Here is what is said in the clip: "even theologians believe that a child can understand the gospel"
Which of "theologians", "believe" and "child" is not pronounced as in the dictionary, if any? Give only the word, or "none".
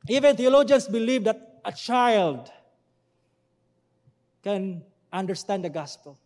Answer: theologians